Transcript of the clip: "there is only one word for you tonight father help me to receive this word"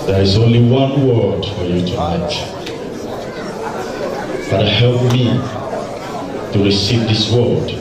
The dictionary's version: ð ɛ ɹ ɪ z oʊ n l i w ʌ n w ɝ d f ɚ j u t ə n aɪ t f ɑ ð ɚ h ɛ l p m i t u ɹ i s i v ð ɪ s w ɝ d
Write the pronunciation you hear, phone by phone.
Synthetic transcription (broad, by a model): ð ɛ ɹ ɪ z oʊ n l i w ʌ n w ɝ d f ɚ j u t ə aɪ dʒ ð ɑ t h ɛ l p m i t u ɹ i s i v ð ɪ s w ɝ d